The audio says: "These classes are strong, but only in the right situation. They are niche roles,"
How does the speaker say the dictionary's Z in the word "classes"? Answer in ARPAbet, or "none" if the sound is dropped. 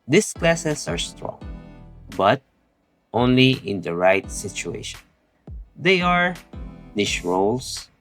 S